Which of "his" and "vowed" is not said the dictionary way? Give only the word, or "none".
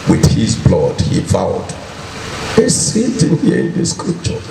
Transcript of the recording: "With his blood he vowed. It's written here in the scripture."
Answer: vowed